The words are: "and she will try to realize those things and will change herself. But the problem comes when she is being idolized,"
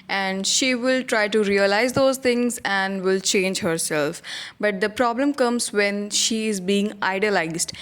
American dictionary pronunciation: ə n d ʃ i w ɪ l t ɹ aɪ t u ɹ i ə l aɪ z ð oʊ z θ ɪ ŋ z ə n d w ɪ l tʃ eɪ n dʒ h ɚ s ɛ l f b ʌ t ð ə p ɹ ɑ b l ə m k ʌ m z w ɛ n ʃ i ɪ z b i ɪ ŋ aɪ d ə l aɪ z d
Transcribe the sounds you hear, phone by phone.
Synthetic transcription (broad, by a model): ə n d ʃ i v ɪ l t ɹ aɪ t u ɹ i ə l aɪ z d oʊ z t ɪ ŋ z ə n d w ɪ l tʃ eɪ n dʒ h ɚ s ɛ l f b ʌ t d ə p ɹ ɑ b l ə m k ʌ m z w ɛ n ʃ i ɪ z b i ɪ ŋ aɪ d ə l aɪ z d